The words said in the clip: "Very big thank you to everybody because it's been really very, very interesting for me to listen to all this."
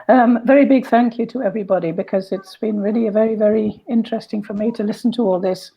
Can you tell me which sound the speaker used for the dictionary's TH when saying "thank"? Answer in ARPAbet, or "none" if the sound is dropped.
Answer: TH